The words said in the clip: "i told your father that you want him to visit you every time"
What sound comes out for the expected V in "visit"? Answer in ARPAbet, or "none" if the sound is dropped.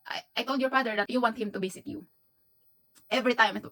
B